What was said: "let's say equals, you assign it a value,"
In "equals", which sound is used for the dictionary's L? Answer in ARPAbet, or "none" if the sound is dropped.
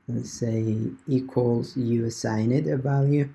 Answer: L